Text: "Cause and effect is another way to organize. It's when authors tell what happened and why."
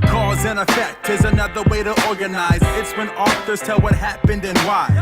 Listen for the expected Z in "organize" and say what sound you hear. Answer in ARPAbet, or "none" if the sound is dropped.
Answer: Z